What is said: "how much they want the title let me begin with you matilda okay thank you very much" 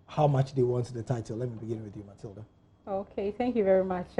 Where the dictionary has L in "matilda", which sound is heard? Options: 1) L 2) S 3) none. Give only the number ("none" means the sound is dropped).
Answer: 1